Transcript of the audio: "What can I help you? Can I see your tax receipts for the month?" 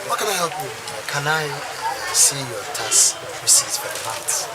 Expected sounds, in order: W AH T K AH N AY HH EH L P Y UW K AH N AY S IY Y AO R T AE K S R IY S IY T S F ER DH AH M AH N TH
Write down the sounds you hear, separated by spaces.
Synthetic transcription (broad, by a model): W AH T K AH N AY HH EH L P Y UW K AH N AY S IY Y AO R T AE S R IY S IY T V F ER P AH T